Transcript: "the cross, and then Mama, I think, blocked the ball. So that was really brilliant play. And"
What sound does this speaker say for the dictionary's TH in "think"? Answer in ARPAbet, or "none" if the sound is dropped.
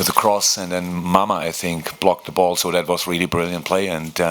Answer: TH